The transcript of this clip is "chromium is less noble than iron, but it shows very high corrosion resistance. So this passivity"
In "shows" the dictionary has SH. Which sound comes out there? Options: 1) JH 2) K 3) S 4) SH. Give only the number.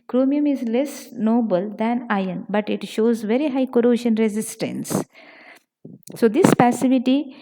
4